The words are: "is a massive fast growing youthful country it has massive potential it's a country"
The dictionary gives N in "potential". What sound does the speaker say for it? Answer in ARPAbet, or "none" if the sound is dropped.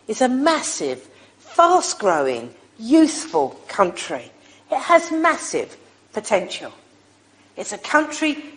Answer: N